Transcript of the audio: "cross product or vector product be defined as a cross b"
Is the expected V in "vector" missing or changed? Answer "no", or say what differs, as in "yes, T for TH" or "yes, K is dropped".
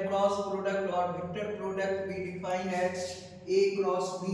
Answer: yes, B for V